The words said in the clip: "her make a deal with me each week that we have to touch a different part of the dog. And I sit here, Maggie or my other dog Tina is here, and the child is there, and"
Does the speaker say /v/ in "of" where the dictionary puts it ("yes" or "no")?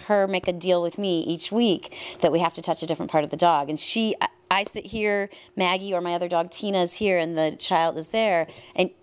yes